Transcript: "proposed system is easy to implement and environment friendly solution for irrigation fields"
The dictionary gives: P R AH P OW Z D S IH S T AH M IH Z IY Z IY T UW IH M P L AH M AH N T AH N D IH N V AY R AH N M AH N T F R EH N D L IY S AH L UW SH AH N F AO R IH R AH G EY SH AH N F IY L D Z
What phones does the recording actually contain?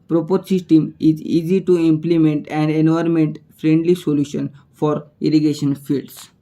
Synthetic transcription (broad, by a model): P R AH P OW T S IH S T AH M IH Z IY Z IY T UW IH M P L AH M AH N T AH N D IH N AO R M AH N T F R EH N D L IY S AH L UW SH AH N F AO R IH R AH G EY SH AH N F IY L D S